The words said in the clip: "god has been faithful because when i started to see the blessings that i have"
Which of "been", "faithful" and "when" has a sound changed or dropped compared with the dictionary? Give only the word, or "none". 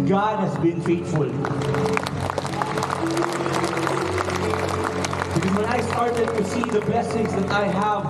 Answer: faithful